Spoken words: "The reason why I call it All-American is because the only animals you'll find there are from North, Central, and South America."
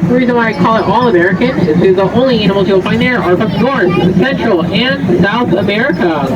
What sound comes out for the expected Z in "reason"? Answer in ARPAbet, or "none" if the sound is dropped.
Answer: Z